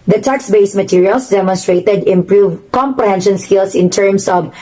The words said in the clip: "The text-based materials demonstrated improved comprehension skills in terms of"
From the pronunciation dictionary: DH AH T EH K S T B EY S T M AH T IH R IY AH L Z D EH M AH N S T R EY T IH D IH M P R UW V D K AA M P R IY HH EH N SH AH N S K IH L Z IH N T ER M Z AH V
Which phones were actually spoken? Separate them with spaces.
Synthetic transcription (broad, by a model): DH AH T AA K S B EY S M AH T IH R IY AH L S D EH M AH N S T R EY T IH D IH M P R UW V K AA M P R IY HH EH N SH AH N S K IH L S IH N T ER M S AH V